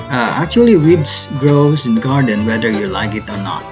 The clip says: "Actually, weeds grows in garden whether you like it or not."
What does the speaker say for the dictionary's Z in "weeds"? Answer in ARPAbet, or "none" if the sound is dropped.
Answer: S